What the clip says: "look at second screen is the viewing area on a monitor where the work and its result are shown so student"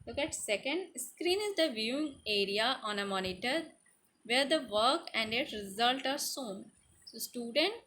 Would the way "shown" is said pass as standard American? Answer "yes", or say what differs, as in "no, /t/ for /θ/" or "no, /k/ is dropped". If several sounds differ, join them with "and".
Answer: no, /s/ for /ʃ/